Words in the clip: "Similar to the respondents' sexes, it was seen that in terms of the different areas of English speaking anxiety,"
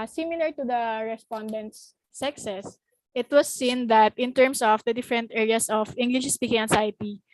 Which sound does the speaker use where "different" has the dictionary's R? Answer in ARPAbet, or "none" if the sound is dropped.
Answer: R